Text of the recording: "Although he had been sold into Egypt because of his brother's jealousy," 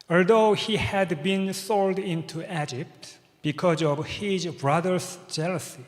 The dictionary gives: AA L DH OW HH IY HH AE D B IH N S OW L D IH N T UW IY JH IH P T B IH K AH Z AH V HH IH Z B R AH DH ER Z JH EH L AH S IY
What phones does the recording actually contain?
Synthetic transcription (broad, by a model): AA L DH OW HH IY HH AE D B IH N S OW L D IH N T UW IY JH IH P T B IH K AH Z AH V HH IH Z B R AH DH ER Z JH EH L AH S IY